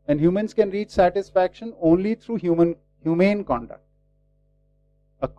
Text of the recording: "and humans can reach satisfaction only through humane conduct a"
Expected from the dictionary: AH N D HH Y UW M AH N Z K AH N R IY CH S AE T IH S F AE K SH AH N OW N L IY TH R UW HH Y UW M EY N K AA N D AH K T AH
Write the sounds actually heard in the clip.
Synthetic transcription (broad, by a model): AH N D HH Y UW M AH N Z K AH N R IY CH S AE T IH S F AE K SH AH N OW N L IY T R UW HH Y UW M EY N K AA N D AH K T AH